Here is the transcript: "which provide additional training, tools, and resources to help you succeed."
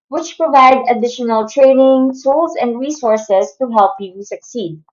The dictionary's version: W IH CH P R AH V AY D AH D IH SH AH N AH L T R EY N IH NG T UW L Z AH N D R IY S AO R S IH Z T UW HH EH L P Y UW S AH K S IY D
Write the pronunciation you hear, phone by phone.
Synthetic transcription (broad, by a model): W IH CH P R AH V AY D AH D IH SH AH N AH L T R EY N IH NG S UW L S AH N D R IY S AO R S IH S T UW HH EH L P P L S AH K S IY D